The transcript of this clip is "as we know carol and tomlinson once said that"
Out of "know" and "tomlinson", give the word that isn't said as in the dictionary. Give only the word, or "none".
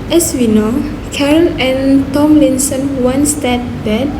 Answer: none